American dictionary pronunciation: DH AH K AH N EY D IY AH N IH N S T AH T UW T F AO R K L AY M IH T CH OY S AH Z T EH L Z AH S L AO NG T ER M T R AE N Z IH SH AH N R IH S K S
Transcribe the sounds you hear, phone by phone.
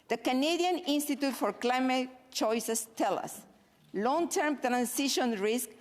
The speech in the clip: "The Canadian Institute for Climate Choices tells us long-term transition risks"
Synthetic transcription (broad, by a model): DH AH K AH N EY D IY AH N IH N S T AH T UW T F AO R K L AY M IH T CH OY S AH S T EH L AH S L AO NG T ER M T R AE N S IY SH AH N R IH S K